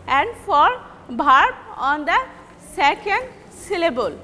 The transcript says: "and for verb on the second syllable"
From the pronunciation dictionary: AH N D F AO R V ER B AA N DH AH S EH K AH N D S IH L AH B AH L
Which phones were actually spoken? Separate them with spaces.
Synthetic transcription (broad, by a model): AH N D F AO R B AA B AA N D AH S EH K AH N D S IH L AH B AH L